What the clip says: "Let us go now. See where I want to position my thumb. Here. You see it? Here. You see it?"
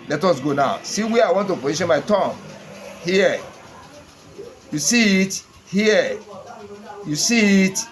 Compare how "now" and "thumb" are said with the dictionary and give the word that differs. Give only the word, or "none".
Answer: thumb